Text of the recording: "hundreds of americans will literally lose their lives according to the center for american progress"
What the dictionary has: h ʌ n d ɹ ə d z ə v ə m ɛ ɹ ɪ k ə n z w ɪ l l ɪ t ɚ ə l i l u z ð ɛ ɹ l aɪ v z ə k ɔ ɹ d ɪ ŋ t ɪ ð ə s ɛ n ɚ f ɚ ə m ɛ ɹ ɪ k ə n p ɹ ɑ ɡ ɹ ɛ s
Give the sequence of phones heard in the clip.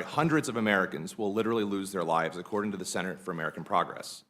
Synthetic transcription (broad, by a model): h ʌ n d ɹ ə d z ə v ə m ɛ ɹ ɪ k ə n z w ɪ l l ɪ t ɚ l i l u z ð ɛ ɹ l aɪ v z ə k ɔ ɹ d ɪ ŋ t ɪ ð ə s ɛ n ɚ f ɚ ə m ɛ ɹ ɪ k n p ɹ ɑ ɡ ɹ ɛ s